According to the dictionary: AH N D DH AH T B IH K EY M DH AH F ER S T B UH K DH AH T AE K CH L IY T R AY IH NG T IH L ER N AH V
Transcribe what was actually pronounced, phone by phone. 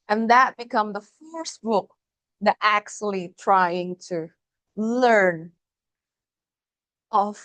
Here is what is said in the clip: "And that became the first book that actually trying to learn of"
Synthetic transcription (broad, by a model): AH N DH AH T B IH K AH M DH AH F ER S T B UH K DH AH T AE K CH L IY T R AY IH NG T IH L ER N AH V